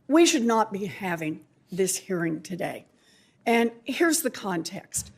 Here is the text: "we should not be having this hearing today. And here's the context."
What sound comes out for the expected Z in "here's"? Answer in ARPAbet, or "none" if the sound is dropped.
Z